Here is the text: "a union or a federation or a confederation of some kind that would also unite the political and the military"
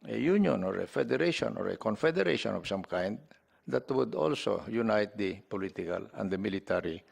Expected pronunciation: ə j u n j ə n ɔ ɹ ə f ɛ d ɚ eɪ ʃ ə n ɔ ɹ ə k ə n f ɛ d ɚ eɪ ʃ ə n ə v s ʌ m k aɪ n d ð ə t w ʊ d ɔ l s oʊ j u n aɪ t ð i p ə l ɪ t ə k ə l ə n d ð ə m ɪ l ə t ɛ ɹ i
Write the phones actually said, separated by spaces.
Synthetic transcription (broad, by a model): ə j u n j ə n ɔ ɹ ə f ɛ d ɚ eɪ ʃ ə n ɔ ɹ ə k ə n f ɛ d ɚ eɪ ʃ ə n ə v s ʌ m k aɪ n d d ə t w ʊ d ɔ l s oʊ j u n aɪ t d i p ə l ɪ t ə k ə l ə n d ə m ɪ l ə t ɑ ɹ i